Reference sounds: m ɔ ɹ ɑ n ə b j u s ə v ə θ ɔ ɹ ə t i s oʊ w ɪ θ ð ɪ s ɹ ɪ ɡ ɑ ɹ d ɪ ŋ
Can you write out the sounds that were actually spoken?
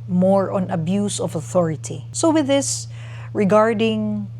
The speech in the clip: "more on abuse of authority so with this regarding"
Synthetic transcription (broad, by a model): m ɔ ɹ ɑ n ə b j u s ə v ə θ ɔ ɹ ə t i s oʊ w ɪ ð ɪ s ɹ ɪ ɡ ɑ ɹ d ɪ ŋ